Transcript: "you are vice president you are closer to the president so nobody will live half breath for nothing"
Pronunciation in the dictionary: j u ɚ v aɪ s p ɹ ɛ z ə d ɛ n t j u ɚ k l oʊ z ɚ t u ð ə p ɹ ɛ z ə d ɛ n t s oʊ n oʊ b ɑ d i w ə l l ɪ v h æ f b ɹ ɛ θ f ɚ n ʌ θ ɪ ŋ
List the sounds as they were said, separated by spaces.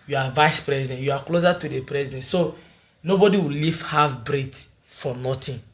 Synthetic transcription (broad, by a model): j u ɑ v aɪ s p ɹ ɛ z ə d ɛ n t j u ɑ k l oʊ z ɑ t u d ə p ɹ ɛ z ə d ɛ n t s oʊ n oʊ b ɑ d i w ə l l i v h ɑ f b ɹ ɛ t f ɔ n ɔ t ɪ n